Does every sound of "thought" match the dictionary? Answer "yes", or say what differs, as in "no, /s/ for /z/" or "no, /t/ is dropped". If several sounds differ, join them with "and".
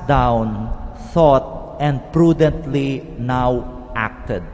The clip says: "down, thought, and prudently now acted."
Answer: no, /s/ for /θ/